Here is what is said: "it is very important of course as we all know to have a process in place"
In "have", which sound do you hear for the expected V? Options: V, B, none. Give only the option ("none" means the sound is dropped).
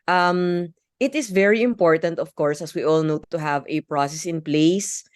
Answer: V